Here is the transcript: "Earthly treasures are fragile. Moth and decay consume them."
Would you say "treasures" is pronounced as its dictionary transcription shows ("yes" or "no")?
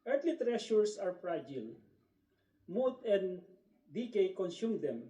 no